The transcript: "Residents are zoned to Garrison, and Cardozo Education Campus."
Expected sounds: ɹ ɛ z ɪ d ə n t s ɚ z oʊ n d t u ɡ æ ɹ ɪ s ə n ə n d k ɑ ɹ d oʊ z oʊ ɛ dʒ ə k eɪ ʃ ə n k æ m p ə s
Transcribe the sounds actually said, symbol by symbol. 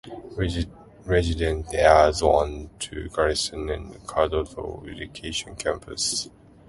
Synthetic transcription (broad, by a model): ɹ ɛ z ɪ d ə n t ɚ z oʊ n t u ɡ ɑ ɹ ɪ s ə n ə n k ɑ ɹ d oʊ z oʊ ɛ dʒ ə k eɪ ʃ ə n k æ m p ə s